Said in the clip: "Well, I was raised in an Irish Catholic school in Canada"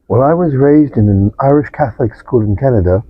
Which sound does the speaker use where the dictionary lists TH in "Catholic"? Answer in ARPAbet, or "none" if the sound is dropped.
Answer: TH